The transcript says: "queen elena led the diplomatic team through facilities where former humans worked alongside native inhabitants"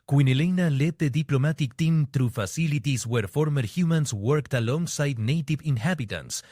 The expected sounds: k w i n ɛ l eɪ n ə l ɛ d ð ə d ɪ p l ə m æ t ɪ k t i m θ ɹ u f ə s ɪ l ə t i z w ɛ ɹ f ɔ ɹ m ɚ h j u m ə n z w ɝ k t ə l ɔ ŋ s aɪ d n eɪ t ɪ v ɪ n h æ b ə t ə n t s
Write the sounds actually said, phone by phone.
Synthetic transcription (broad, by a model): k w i n ɛ l eɪ n ə l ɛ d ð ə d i p l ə m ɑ t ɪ k t i m t ɹ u f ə s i l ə t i s w ɛ ɹ f ɔ ɹ m ɚ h j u m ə n s w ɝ k t ə l ɔ ŋ s aɪ d n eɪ t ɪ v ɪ n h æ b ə t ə n s